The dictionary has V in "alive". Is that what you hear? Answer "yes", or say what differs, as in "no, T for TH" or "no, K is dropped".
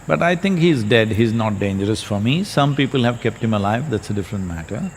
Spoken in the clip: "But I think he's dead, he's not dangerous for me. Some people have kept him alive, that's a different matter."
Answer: yes